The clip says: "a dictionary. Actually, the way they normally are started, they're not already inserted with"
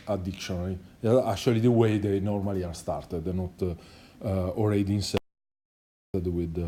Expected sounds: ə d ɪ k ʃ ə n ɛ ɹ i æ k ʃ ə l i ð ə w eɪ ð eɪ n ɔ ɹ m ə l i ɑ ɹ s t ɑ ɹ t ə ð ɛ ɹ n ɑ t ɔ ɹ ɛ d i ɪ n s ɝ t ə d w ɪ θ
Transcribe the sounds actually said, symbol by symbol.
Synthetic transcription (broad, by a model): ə d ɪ k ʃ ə n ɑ l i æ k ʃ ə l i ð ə w eɪ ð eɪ n ɔ ɹ m ə l i ɑ ɹ s t ɑ ɹ t ə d n ɑ t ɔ l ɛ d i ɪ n s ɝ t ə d w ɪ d